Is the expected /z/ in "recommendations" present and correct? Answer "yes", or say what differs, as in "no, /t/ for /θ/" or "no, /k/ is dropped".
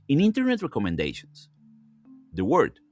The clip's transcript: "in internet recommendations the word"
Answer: no, /s/ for /z/